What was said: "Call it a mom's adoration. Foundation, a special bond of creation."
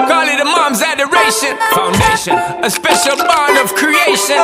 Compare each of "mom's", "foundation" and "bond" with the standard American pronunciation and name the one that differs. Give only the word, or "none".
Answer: bond